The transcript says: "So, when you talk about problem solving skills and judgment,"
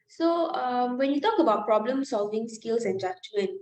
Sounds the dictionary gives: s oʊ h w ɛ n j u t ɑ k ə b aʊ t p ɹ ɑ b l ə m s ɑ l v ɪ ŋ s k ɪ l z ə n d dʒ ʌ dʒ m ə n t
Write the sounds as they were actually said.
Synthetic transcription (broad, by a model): s oʊ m w ɛ n j u t ɑ k ə b aʊ t p ɹ ɑ b l ə m s ɑ l v ɪ ŋ s k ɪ l s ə n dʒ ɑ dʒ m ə n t